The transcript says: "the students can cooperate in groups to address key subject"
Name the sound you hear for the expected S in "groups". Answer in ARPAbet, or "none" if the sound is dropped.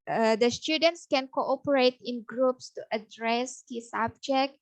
S